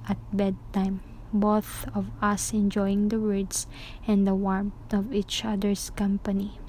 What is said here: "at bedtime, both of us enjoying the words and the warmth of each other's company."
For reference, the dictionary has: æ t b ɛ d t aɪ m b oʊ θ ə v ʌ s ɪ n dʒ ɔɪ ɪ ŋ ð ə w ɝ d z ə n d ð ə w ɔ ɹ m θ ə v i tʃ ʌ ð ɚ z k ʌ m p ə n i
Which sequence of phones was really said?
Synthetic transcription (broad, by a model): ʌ t b ɛ d t aɪ m b oʊ θ ə v ʌ s ɪ n dʒ ɔɪ ɪ ŋ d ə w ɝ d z ə n d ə w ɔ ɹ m t ə v i tʃ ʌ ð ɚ s k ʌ m p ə n i